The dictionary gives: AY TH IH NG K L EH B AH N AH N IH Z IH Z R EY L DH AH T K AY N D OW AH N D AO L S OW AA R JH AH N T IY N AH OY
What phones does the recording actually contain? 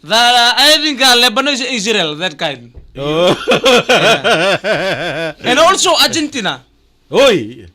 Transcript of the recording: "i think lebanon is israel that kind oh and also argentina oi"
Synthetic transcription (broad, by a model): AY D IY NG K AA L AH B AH N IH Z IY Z R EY L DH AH T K AY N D OW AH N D AO L S OW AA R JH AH N T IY N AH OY